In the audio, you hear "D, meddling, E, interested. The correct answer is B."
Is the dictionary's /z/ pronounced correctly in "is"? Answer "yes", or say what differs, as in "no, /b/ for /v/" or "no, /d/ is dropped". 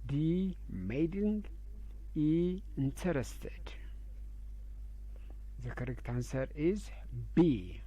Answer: yes